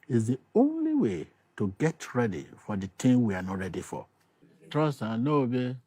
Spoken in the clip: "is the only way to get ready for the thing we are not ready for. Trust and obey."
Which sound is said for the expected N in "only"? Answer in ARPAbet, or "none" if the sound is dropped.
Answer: N